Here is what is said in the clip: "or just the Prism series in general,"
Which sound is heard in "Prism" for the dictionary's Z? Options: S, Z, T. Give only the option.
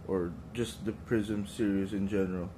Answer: Z